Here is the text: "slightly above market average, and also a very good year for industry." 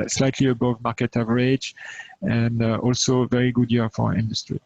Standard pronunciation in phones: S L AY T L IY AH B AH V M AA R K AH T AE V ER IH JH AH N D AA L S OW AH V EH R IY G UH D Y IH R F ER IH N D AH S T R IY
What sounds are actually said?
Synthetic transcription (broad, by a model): S L AY T L IY AH B AH V M AA R K AH T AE V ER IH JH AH N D AA L S OW V EH R IY G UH D Y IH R F ER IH N D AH S T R IY